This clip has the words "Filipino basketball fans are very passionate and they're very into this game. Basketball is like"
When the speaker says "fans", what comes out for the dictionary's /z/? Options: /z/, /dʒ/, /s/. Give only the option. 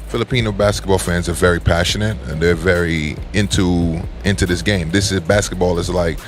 /z/